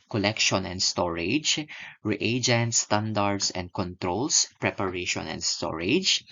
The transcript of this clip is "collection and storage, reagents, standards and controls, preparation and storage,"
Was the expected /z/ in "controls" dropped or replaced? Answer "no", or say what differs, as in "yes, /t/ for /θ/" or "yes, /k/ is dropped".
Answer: yes, /s/ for /z/